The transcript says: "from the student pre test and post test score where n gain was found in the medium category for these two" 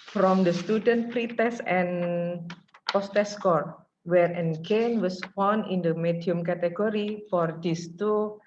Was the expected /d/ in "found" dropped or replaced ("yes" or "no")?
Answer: yes